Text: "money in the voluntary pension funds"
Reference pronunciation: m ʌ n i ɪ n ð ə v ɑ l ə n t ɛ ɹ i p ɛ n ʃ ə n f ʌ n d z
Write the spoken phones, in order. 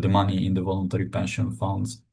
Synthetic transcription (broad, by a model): m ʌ n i ɪ n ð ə v ɑ l ə n t ɛ ɹ i p ɛ n ʃ ə n f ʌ n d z